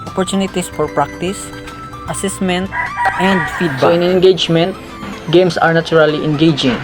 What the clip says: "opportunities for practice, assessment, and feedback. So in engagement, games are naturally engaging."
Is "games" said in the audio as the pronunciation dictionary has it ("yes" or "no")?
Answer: no